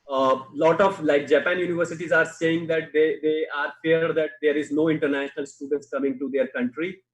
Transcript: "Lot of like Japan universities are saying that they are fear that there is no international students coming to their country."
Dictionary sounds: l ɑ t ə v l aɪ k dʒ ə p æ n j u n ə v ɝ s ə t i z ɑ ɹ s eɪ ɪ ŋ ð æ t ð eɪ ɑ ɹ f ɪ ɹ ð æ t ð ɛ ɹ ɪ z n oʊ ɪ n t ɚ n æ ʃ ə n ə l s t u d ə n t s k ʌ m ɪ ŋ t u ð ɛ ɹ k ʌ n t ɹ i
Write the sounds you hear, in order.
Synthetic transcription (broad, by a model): l ɑ t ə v l aɪ k dʒ ə p æ n j u n ə v ɝ s ə t i z ɑ ɹ s eɪ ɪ ŋ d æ t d eɪ ɑ ɹ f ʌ ɹ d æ t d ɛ ɹ ɪ z n oʊ ɪ n t ɚ n æ ʃ ə n ə l s t u d ə n t s k ʌ m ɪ ŋ t u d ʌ ɹ k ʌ n t ɹ i